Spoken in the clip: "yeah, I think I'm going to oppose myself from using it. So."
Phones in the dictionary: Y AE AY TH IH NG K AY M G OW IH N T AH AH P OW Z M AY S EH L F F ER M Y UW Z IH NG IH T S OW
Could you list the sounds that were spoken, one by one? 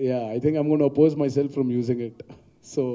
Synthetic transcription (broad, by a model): Y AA AY T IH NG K AY M G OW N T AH AH P OW Z M AY S EH L F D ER M Y UW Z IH NG IH T S OW